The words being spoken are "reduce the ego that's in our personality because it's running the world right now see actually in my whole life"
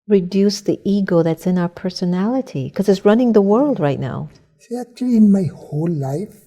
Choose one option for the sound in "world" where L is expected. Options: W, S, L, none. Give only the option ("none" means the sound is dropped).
L